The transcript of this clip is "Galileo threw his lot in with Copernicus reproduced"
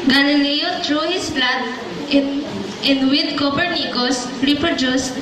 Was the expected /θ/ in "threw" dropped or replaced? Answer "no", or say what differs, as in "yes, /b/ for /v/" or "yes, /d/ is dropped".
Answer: yes, /t/ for /θ/